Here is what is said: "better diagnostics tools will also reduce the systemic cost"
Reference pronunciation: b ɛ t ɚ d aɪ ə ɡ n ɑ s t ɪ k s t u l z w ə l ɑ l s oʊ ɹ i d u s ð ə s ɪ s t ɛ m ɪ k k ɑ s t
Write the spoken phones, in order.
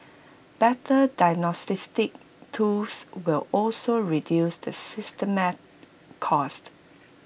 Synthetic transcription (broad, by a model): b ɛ t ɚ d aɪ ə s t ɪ s t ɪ k t u l s w ə l ɑ l s oʊ ɹ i d u s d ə s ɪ s t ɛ m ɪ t k ɑ s t